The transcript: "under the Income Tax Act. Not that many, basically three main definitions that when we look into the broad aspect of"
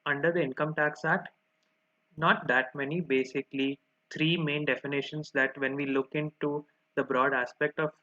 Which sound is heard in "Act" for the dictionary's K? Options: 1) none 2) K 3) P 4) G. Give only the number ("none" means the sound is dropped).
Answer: 1